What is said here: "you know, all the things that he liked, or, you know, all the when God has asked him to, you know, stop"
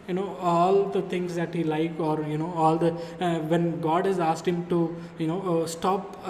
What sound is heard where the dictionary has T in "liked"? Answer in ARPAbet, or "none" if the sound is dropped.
none